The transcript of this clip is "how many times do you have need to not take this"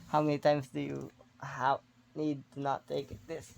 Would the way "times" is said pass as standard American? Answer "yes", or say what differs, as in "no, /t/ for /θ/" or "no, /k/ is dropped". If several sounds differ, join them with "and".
no, /s/ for /z/